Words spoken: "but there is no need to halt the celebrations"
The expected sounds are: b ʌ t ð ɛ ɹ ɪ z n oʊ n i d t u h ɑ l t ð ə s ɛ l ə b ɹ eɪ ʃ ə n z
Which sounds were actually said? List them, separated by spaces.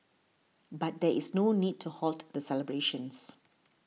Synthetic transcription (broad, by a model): b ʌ t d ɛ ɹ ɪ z n oʊ n i d t u h ɑ l t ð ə s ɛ l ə b ɹ eɪ ʃ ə n s